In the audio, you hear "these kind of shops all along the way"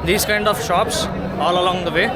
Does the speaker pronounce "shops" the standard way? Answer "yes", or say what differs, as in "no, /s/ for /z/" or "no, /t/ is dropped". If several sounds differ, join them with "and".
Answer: yes